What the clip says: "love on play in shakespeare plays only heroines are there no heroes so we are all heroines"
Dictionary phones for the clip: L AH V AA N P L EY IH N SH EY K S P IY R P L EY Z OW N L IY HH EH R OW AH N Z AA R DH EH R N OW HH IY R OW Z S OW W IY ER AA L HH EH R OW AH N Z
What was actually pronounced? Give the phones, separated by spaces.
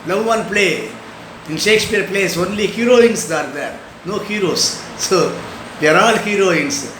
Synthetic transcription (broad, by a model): L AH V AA N P L EY IH N SH EY K S P IY R P L EY S OW N L IY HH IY R OW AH N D AA R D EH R N OW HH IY R OW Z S OW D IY ER AA L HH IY R OW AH N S